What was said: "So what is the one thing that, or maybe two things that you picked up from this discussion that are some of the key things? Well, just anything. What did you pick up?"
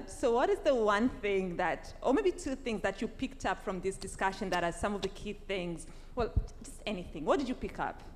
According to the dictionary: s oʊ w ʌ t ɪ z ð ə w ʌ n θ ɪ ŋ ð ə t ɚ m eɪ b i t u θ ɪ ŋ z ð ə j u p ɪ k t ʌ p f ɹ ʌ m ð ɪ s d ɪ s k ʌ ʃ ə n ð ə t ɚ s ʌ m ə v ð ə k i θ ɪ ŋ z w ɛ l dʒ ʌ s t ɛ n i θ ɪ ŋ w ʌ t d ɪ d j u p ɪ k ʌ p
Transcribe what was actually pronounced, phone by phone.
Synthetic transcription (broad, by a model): s oʊ w ʌ t ɪ z ð ə w ʌ n θ ɪ ŋ ð ə t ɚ m eɪ b i t u θ ɪ ŋ z ð ə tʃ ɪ p ɪ k t ʌ p f ɹ ʌ m ð ɪ s d ɪ s k ʌ ʃ ə n ð ə t ɚ s ʌ m ə v ð ə k i θ ɪ ŋ z w ɛ l dʒ ʌ s t ɛ n i θ ɪ ŋ w ʌ t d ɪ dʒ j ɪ p ɪ k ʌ p